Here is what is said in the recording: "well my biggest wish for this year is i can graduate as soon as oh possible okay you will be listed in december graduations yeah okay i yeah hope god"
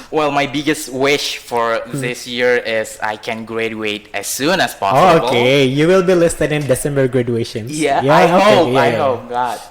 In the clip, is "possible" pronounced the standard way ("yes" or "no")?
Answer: no